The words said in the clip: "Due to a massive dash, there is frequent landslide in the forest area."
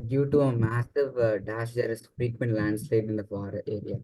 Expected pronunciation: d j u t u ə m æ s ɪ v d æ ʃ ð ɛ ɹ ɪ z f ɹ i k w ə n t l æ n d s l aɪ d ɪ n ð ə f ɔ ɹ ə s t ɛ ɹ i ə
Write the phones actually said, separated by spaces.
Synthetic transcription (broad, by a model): d j u t u ə m æ s ɪ v d æ ʃ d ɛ ɹ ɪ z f ɹ i k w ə n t l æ n d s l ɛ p ɪ n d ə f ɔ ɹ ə t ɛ ɹ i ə